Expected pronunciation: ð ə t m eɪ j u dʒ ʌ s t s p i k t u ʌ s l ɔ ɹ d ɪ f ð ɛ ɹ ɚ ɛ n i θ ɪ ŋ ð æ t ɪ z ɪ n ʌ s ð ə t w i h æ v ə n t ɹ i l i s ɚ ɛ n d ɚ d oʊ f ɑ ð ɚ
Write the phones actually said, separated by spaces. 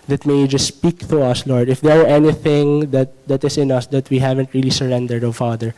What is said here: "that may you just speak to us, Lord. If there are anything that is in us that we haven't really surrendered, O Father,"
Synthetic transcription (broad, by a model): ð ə t m eɪ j dʒ ʌ s t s p i k t u ʌ s l ɔ ɹ d ɪ f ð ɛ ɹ ɚ ɛ n i θ ɪ ŋ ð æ t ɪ s ɪ n ʌ s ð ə t w i h æ v ə n t ɹ i l i s ɚ ɛ n d ɚ d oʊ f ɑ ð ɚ